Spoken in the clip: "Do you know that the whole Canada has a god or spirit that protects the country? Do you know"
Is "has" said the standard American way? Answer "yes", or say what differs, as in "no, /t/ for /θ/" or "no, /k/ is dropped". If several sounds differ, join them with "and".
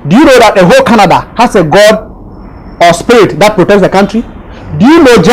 no, /s/ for /z/